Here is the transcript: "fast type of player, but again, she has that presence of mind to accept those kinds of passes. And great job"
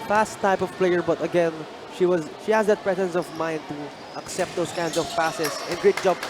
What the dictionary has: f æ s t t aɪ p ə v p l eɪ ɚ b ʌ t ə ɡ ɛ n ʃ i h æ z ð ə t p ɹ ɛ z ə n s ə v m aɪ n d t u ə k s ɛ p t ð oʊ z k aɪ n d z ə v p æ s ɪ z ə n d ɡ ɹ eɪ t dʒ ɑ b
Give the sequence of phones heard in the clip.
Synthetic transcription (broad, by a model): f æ s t t aɪ p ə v p l eɪ ɚ b ʌ t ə ɡ ɛ n ʃ i h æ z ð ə t p ɹ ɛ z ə n s ə v m aɪ n d t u ə k s ɛ p t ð oʊ s k aɪ n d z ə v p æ s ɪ s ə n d ɡ ɹ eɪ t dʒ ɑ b